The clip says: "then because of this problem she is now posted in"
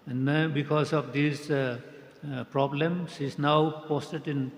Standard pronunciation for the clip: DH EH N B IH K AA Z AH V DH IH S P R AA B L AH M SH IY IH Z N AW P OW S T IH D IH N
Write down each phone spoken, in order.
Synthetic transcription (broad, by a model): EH N B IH K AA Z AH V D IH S P R AA B L AH M S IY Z N AW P OW S T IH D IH N